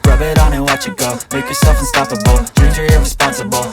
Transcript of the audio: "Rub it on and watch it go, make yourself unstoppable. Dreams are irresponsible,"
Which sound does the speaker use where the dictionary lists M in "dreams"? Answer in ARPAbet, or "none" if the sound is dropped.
none